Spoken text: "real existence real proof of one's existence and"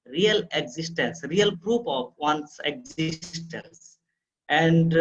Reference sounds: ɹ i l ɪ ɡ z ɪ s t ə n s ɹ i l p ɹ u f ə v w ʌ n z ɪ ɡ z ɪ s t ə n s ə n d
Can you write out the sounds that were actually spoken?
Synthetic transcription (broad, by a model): ɹ i l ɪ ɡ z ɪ s t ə n s ɹ i l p ɹ u p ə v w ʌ n s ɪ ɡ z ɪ s t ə n s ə n d